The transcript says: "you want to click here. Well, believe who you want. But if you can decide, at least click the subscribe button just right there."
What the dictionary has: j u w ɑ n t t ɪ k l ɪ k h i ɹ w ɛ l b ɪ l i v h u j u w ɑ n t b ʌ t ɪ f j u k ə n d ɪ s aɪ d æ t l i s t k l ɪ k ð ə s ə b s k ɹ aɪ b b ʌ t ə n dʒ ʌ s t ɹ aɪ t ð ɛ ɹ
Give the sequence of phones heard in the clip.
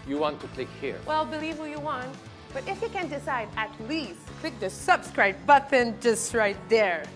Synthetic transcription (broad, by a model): j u w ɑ n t t ɪ k l ɪ k h i ɹ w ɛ l b ɪ l i v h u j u w ɑ n t b ʌ t ɪ f j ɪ k ə n d ɪ s aɪ d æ t l i s t k l ɪ k ð ə s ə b s k ɹ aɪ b b ʌ t ə n dʒ ʌ s t ɹ aɪ t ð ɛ ɹ